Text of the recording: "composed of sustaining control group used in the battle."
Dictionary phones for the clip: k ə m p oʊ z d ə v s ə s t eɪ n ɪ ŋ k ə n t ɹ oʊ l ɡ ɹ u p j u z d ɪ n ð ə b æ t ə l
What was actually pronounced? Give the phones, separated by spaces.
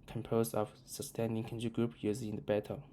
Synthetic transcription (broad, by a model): k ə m p oʊ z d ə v s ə s t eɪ n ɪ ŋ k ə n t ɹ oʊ ɡ ɹ u p j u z ɪ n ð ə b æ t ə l